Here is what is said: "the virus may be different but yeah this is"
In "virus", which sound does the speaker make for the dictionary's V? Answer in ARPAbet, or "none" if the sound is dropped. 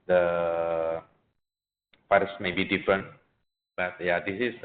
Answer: F